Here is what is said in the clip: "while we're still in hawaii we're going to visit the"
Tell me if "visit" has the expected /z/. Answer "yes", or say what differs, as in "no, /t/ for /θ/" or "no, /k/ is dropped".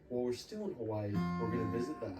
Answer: yes